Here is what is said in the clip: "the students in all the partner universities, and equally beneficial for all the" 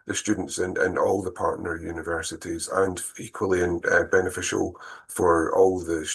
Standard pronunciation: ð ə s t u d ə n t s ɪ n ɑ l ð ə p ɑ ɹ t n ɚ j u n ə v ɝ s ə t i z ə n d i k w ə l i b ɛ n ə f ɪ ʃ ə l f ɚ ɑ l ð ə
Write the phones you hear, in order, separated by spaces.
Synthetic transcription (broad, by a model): ð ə s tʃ u d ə n t s ɪ n ɑ l ð ə p ɑ ɹ t n ɚ j u n ə v ɝ s ə t i z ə n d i k w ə l i b ɛ n ə f ɪ ʃ ə l f ɚ ɑ l ð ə